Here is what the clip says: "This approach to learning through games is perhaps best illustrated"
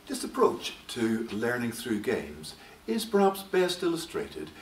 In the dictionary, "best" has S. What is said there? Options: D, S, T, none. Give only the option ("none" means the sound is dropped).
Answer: S